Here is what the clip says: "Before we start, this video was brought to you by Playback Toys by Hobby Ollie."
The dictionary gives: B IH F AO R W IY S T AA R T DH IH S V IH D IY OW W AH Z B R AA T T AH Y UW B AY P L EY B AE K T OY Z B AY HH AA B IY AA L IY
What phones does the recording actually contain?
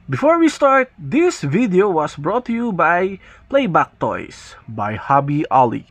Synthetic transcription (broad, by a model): B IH F AO R W IY S T AA R T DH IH S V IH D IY OW W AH S B R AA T T AH Y UW B AY P L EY B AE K T OY S B AY HH AA B IY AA L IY